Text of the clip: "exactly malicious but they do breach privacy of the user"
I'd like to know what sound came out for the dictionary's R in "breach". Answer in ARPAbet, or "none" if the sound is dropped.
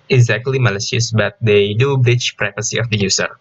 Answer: R